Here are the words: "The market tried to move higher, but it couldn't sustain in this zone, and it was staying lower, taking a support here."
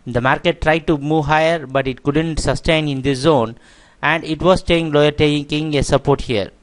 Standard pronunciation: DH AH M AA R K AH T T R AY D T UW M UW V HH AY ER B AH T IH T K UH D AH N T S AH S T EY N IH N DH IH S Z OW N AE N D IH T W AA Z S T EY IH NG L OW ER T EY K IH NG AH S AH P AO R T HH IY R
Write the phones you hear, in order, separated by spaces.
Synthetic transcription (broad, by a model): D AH M AA R K AH T T R AY D T UW M UW V HH AY ER B AH T IH T K UH D AH N T S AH S T EY N IH N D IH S Z OW N AE N D IH T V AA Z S T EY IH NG L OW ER T EY K IH NG AH S AH P AO R T HH IY R